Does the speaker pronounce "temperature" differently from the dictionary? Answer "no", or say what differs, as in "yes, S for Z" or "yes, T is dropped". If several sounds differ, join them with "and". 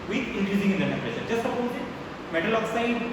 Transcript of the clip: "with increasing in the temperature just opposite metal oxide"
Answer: yes, SH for CH